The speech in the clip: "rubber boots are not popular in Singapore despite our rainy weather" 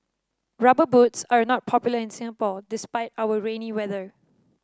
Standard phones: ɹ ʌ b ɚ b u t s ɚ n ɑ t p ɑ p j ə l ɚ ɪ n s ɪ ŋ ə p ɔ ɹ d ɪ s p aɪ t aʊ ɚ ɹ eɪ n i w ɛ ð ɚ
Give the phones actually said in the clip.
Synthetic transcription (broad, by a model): ɹ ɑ b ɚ b u t s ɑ n ɑ t p ɑ p j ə l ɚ ɪ n s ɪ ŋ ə p ɔ l d ɪ s p aɪ t aʊ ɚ ɹ eɪ n i w ɛ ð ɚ